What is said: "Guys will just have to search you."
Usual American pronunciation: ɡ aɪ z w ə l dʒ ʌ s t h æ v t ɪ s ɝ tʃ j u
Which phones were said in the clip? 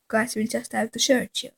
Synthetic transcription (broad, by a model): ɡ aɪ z w ə l dʒ ʌ s t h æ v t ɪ ʃ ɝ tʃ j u